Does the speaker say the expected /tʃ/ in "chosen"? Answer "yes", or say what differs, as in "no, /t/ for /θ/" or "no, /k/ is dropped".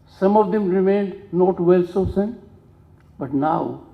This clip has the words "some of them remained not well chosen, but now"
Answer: no, /s/ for /tʃ/